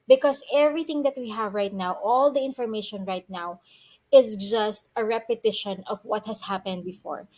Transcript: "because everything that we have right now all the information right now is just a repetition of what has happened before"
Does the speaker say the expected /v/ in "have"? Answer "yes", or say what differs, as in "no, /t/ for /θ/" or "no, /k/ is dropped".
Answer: yes